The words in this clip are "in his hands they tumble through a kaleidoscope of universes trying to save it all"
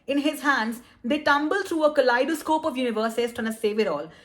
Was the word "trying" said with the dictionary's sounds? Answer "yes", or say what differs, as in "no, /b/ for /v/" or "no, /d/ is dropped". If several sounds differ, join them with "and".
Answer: no, /ɹ/ is dropped